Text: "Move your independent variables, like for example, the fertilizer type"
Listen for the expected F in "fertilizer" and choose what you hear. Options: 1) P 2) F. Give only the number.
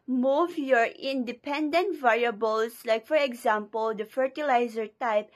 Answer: 2